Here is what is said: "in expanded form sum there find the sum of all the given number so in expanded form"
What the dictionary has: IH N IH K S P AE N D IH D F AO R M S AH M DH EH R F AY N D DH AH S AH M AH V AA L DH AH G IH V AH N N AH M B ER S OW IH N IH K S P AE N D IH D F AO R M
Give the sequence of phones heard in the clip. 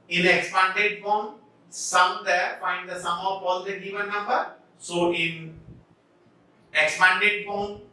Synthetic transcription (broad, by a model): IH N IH K S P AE N D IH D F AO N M S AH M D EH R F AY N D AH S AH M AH P AA L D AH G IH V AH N N AH M B ER S OW IH N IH K S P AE N D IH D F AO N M